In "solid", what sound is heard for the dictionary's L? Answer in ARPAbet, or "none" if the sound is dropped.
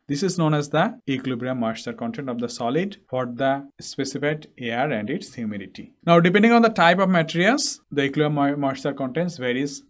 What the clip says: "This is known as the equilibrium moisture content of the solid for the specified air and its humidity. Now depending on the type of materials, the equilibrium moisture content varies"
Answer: L